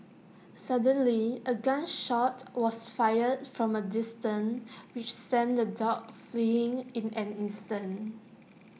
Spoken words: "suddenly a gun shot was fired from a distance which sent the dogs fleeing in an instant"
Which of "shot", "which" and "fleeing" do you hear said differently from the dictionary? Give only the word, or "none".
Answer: none